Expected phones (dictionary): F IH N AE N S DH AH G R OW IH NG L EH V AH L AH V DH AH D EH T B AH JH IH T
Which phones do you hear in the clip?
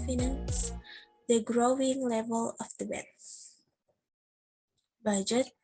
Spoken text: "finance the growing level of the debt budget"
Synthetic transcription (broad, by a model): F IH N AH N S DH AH G R OW IH NG L EH V AH L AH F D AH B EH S B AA JH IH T